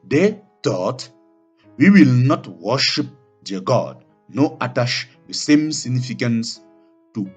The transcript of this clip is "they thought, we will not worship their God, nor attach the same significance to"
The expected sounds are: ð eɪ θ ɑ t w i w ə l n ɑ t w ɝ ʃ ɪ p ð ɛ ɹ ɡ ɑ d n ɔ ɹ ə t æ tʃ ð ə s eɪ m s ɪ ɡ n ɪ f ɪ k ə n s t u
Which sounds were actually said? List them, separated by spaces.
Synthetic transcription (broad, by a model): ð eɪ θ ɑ t w i w ə l n ɑ t w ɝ ʃ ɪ p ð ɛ ɡ ɑ d n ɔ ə t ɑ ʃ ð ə s eɪ m s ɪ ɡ n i f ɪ k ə n s t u